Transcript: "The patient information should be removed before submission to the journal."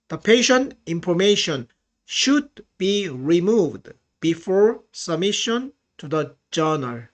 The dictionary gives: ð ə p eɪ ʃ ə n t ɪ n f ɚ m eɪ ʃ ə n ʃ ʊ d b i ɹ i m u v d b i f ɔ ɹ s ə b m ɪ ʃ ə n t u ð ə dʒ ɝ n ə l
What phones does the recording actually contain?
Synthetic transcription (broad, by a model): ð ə p eɪ ʃ ə n t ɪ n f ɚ m eɪ ʃ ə n ʃ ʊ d b i ɹ i m u v d b i f ɔ ɹ s ə b m ɪ ʃ ə n t u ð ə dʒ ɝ n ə l